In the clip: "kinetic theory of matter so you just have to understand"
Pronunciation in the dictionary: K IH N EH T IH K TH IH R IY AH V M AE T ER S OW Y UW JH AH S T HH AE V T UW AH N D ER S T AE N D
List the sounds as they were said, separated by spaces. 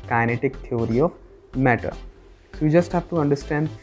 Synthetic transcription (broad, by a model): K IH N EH T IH K T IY R IY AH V M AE T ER S OW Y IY JH AH S T HH AE V T UW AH N D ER S T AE N D